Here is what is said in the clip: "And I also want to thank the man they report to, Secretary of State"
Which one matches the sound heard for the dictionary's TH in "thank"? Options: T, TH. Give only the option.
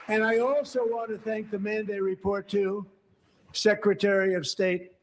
TH